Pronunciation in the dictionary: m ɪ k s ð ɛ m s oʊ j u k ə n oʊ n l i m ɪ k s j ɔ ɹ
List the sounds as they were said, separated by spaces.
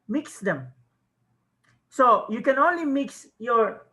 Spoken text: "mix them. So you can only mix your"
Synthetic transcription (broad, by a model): m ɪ k s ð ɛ m s oʊ j u k ə n oʊ n l i m ɪ k s j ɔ ɹ